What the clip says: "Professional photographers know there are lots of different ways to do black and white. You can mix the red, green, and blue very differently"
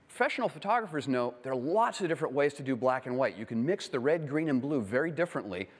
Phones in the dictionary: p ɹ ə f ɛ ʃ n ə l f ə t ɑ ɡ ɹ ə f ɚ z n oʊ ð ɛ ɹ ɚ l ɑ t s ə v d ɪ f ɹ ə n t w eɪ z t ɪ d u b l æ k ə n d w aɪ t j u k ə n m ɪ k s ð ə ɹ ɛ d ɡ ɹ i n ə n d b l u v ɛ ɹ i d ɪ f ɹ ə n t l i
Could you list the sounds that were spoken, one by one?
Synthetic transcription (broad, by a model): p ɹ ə f ɛ ʃ n l f ə t ɑ ɡ ɹ ə f ɚ z n oʊ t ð ɚ l ɑ t s ə v d ɪ f ɹ ə n t w eɪ z t ɪ d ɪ b l æ k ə n w aɪ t j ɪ k ə n m ɪ k s ð ə ɹ ɛ d ɡ ɹ i n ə n b l u v ɛ ɹ i d ɪ f ɹ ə n t l i